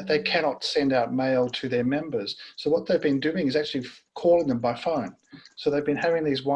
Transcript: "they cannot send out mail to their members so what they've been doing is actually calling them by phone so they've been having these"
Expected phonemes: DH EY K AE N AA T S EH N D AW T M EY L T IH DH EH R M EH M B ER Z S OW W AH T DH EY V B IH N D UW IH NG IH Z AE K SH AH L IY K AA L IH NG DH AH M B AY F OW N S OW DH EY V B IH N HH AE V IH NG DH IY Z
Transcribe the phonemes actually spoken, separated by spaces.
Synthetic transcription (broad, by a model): DH EY K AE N AA T S EH N D AW T M EY L T IH DH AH R M EH M B ER Z S OW W AH T DH EY V B IH N D UW IH NG IH Z AE K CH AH L IY K AA L IH NG DH AH M B AY F OW N S OW DH EY V B IH N HH AE V IH NG DH IY Z